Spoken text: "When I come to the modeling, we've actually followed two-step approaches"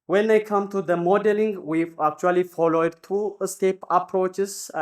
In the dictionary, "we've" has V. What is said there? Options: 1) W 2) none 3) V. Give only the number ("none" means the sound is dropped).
2